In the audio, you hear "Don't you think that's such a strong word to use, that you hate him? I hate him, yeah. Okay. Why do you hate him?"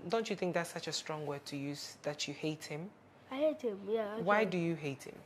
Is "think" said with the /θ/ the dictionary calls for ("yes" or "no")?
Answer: yes